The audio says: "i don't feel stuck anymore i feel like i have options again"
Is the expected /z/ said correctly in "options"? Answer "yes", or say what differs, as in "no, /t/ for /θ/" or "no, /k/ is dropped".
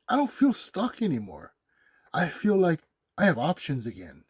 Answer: yes